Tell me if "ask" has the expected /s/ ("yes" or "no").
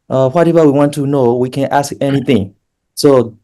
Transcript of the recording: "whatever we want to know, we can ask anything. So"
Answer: yes